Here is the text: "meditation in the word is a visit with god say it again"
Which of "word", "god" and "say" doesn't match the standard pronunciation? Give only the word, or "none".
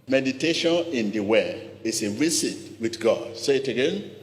word